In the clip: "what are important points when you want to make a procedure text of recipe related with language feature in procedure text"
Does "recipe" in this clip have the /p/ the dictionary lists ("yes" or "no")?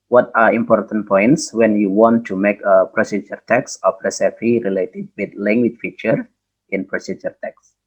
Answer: no